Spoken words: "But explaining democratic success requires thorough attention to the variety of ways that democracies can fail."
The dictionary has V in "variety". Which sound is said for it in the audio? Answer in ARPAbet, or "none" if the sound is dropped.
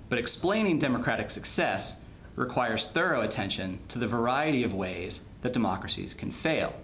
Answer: V